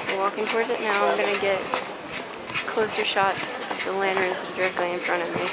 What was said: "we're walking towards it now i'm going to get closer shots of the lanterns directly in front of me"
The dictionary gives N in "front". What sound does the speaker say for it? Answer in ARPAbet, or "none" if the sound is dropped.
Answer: none